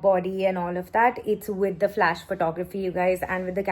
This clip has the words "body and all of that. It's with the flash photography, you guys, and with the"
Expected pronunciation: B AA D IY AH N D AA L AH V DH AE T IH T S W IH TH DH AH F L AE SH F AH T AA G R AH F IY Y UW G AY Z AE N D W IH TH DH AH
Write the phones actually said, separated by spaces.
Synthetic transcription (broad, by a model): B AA D IY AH N AA L AH V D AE T IH T S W IH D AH F L AE SH F AH T AA G R AH F IY Y UW G AY Z AE N D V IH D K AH